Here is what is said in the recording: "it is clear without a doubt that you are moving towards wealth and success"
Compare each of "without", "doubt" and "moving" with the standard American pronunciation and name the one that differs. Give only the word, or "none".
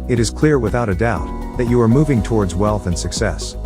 none